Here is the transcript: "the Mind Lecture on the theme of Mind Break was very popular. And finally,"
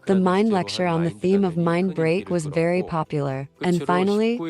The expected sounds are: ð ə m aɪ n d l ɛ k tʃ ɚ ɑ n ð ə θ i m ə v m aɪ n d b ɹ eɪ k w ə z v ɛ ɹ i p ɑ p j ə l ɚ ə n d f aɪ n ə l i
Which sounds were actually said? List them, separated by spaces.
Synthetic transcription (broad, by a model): ð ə m aɪ n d l ɛ k tʃ ɚ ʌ n ð ə θ i m ə v m aɪ n b ɹ eɪ k w ə z v ɛ ɹ i p ɑ p j l ɚ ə n f aɪ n l i